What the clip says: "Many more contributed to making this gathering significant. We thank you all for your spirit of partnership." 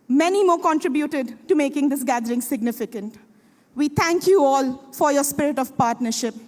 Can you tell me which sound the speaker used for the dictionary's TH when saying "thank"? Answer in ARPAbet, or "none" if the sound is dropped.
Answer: T